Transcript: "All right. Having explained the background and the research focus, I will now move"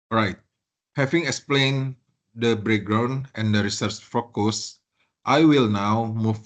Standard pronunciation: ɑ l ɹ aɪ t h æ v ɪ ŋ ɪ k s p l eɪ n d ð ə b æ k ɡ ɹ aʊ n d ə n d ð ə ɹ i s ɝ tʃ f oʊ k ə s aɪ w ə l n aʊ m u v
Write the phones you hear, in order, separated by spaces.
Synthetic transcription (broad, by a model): ɹ aɪ t h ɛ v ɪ ŋ ɪ k s p l eɪ n d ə b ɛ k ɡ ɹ aʊ n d ə n d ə ɹ i s ɝ tʃ f oʊ k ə s aɪ w ə l n aʊ m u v